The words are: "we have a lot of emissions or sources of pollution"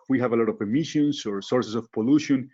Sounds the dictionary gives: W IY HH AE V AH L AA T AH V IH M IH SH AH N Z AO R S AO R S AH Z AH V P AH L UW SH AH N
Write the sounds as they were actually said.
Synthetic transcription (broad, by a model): W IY HH AE V AH L AA T AH V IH M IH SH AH N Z AO R S AO R S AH S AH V P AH L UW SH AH N